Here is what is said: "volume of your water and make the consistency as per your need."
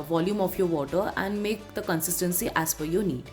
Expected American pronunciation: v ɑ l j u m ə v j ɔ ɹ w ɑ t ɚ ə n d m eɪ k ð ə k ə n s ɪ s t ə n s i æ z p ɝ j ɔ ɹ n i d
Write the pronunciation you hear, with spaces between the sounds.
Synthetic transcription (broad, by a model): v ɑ l j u m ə f j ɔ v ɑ t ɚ ə n d m eɪ k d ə k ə n s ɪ s t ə n s i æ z f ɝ j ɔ n i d